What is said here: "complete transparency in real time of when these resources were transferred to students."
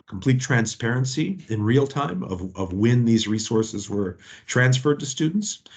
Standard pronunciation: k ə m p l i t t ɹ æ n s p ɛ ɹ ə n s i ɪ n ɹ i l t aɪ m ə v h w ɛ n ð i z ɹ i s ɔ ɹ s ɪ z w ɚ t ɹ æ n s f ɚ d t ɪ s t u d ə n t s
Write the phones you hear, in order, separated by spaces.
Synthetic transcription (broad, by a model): k m p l i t t ɹ æ n s p ɛ ɹ ə n s i ɪ n ɹ i l t aɪ m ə v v w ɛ n ð i z ɹ i s ɔ ɹ s ɪ z w ɚ t ɹ æ n s f ɚ d t ɪ s t u d n t s